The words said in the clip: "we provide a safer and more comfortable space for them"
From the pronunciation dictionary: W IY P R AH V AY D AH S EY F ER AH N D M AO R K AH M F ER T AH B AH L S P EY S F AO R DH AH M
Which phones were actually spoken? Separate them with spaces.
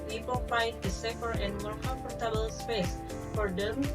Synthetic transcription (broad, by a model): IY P AH F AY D AH S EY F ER AH N D M AO R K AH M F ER T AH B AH L S P EY S F AO R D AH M